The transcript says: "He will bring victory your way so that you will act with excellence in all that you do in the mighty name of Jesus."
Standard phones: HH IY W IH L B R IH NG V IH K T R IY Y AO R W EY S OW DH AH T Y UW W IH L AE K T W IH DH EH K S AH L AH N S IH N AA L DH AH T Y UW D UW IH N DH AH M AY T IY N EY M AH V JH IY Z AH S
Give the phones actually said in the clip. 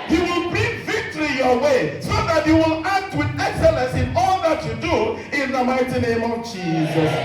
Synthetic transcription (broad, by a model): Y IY W IH L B IH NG V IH K T R IY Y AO W EY S OW DH AH T Y UW W IH L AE K T W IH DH EH K S AH L AH N S IH N AA L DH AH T Y UW D UW IH N DH AH M AY T IY N EY M AH V JH IY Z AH S